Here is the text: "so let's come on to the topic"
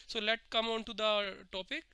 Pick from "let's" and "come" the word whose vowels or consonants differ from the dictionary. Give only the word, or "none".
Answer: let's